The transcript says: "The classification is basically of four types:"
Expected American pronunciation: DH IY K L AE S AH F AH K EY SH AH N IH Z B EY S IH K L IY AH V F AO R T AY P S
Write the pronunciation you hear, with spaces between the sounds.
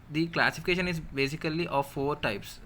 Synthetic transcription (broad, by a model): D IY K L AE S AH F AH K EY SH AH N IH Z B EY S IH K L IY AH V F AO R T AY P S